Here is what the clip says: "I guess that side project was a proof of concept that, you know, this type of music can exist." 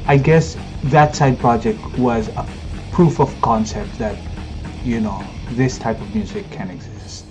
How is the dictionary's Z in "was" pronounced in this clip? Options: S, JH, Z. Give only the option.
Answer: Z